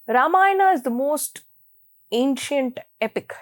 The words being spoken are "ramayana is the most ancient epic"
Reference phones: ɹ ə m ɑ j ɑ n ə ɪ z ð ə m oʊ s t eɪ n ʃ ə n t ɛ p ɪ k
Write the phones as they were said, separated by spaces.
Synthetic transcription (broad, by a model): ɹ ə m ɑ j n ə ɪ z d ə m oʊ s t eɪ n ʃ ə n t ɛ p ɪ k